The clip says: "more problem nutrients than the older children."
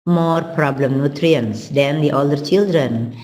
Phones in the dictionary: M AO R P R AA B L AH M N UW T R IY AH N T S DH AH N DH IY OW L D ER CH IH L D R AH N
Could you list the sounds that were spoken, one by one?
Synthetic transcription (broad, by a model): M AO R P R AA B L AH M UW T R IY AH N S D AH N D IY OW L D ER CH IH L D R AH N